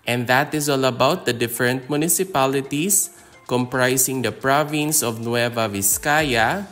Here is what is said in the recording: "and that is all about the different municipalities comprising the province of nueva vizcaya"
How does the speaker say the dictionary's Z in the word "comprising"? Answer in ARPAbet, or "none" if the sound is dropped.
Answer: S